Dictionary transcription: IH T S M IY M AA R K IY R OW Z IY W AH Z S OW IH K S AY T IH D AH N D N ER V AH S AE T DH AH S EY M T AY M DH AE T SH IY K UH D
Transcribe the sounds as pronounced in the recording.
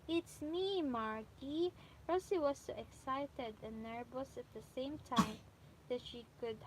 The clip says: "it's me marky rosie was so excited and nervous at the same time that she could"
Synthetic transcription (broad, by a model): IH T S M IY M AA R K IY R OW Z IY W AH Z S OW IH K S AY T IH D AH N N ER B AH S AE T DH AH S EY M T AY M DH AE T SH IY K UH D